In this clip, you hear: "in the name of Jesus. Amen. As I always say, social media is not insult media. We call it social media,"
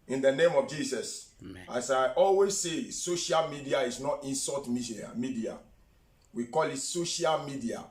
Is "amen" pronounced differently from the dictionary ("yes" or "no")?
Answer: yes